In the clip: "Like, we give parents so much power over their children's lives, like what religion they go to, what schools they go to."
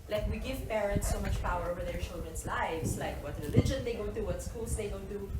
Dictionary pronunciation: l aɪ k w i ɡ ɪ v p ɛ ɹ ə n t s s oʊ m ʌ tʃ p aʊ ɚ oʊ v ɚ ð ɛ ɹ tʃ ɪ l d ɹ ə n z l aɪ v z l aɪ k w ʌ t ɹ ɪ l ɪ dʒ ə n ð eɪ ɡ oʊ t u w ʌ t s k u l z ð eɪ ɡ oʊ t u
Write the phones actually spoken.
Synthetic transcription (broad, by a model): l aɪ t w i ɡ ɪ v p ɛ ɹ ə n t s s oʊ m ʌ tʃ p aʊ ɚ oʊ v ɚ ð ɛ ɹ tʃ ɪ l d ɹ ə n s l aɪ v s l aɪ k w ʌ t ɹ ɪ l ɪ dʒ ə n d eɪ ɡ oʊ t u w ʌ t s k u l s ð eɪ ɡ oʊ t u